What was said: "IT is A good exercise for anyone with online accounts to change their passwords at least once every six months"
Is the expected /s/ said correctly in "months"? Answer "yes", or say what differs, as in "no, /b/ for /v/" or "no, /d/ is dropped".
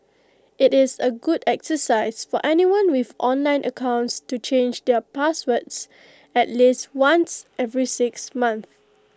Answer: no, /s/ is dropped